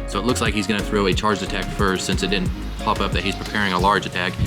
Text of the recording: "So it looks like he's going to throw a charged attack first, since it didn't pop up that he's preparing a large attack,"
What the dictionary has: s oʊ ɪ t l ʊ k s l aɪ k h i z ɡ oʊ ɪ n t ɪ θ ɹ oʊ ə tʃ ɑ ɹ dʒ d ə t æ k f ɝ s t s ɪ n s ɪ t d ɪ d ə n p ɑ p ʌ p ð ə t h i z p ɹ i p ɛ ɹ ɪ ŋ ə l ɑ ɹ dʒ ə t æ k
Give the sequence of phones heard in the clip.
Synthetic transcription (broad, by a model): s oʊ ɪ t l ʊ k s l aɪ k h i z ɡ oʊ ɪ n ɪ θ ɹ oʊ ə tʃ ɑ ɹ dʒ ə t æ k f ɝ s t s ɪ n s ɪ t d ɪ d n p ɑ p ʌ p ð ə t h i z p ɹ i p ɛ ɹ ɪ ŋ ə l ɑ ɹ dʒ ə t æ k